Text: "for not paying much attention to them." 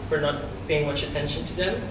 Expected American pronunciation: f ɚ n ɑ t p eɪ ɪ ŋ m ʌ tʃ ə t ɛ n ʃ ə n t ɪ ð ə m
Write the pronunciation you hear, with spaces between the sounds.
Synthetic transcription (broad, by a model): f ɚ n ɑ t b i ɪ ŋ m ʌ tʃ ə t ɛ n ʃ ə n t ɪ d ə